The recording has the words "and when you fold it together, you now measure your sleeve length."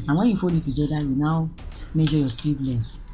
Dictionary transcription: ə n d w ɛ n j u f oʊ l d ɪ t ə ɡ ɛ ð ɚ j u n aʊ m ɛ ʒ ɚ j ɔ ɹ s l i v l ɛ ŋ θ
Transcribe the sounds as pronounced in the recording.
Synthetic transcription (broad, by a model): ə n w ɛ n j u f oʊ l ɪ t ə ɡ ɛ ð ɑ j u n aʊ m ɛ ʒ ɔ j ɔ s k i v l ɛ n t